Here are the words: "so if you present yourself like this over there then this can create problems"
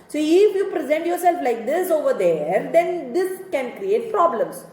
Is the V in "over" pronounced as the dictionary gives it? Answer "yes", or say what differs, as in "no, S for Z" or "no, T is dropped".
yes